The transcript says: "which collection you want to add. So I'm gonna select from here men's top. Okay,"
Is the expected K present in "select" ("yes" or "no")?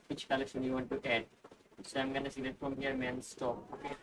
no